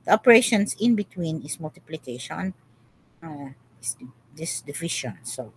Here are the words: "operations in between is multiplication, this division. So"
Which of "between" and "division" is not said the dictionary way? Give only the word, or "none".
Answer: division